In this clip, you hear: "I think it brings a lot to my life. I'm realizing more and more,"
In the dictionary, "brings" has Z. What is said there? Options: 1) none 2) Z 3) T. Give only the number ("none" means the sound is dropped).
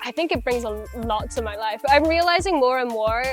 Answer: 2